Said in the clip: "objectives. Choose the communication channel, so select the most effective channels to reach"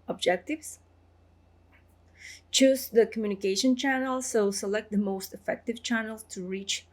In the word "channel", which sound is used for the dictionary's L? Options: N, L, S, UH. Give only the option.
L